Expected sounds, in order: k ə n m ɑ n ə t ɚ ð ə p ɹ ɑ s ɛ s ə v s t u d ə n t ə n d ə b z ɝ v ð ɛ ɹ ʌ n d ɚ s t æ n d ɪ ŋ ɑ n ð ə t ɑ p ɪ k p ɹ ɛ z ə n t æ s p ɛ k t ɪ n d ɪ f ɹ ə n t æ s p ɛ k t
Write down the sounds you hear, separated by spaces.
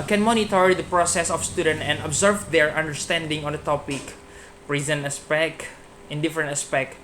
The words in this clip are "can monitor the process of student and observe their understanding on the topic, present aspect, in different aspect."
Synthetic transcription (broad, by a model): k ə n m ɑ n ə t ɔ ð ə p ɹ ɑ s ɛ s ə f s t u d ə n t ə n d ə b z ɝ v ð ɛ ɹ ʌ n d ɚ s t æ n d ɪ ŋ ɑ n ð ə t ɑ p ɪ k p ɹ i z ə n æ s p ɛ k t ɪ n d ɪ f ɹ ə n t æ s p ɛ k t